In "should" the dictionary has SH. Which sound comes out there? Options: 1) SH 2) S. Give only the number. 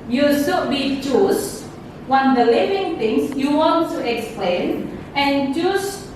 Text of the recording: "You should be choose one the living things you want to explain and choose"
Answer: 2